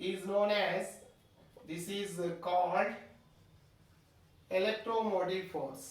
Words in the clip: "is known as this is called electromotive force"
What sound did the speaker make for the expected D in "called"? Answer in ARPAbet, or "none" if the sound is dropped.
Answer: D